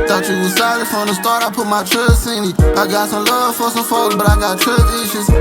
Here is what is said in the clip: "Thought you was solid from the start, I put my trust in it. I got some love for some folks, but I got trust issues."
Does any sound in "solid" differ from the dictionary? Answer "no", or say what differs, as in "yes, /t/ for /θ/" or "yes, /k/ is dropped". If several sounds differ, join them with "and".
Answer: yes, /l/ is dropped